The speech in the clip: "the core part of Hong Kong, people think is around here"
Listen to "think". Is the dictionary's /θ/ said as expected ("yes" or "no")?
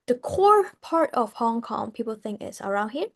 yes